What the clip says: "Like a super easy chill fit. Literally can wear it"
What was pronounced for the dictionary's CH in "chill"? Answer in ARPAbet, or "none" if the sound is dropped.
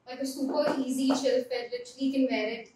SH